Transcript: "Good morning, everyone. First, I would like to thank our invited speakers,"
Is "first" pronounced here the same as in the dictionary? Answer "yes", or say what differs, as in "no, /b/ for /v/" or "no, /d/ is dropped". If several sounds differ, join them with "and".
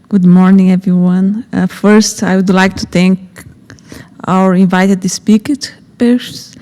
yes